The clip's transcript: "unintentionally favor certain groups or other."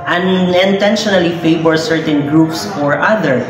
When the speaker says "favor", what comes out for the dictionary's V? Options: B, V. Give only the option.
B